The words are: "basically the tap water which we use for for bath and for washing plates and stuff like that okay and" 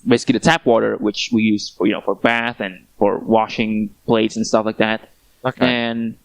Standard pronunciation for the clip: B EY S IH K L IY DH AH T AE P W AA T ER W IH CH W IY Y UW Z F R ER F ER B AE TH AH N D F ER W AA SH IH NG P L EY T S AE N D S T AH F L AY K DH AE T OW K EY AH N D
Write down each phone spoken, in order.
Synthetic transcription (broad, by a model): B EY S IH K L IY DH AH T AE P W AA T ER W IH CH W IY Y UW Z F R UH F ER B AE TH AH N F ER W AA SH IH NG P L EY T S N S T AH F L AY K DH AE T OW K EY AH N